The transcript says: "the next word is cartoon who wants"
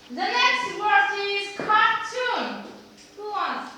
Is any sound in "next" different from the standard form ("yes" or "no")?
no